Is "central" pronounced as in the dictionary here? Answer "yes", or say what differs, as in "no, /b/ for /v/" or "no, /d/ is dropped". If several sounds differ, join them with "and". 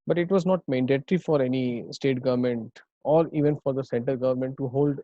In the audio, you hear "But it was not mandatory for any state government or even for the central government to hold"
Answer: no, /ɹ/ is dropped